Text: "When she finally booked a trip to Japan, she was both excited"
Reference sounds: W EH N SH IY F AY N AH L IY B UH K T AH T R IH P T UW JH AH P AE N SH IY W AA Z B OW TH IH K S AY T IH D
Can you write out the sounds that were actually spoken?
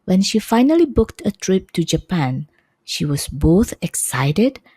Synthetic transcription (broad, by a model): W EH N SH IY F AY N AH L IY B UH K T AH T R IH P T UW JH AH P AE N SH IY W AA S B OW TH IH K S AY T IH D